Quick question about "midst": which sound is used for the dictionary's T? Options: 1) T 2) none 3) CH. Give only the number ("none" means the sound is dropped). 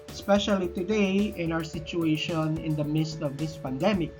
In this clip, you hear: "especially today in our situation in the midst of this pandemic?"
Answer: 1